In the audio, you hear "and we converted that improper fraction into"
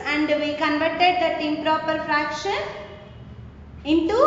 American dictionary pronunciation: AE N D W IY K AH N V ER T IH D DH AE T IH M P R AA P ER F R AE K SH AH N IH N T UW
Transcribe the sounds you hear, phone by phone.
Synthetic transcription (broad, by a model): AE N D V IY K AH N V ER T IH D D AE T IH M P R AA P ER F R AE K SH AH N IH N T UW